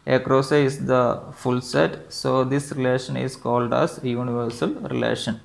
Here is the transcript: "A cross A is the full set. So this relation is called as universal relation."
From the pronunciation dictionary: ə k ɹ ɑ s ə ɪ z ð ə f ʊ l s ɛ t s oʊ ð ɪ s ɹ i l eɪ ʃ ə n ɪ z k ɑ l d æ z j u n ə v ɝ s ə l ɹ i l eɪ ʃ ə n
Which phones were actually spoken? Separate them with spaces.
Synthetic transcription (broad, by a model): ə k ɹ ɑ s ə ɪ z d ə f ʊ l s ɛ t s oʊ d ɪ s ɹ i l eɪ ʃ ə n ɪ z k ɑ l d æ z j u n ə v ɝ s ə l ɹ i l eɪ ʃ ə n